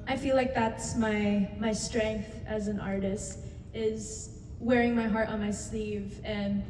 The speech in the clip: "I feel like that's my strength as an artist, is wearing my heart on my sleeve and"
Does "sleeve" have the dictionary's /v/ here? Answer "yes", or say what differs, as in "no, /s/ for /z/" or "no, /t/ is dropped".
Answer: yes